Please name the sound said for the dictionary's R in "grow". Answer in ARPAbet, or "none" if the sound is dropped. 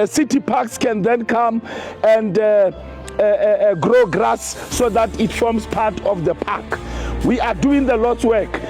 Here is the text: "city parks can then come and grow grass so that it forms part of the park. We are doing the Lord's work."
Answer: R